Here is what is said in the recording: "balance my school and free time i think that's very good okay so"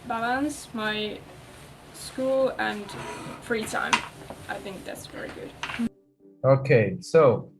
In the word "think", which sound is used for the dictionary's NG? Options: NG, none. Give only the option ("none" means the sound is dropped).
NG